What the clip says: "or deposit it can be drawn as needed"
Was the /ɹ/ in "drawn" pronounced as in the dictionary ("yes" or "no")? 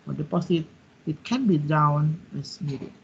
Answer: no